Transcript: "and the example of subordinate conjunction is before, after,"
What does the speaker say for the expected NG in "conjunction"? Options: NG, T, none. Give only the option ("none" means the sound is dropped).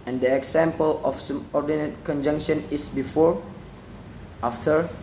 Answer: NG